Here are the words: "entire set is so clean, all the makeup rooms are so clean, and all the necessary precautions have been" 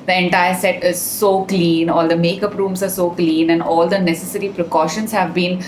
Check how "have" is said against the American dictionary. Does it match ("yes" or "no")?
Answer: yes